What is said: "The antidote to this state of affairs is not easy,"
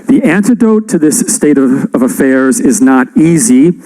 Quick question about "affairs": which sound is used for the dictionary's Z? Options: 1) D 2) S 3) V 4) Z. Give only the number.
4